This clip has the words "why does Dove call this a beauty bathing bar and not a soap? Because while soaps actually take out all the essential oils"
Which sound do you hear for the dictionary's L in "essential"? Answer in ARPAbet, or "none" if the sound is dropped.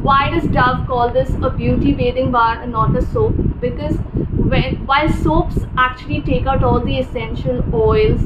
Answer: L